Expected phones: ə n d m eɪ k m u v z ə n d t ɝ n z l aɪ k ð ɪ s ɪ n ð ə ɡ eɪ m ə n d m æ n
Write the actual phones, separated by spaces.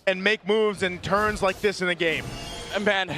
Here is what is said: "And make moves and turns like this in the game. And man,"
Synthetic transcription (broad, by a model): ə n m eɪ k m u v z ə n t ɝ n z l aɪ k ð ɪ s ɪ n ð ə ɡ eɪ ə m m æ n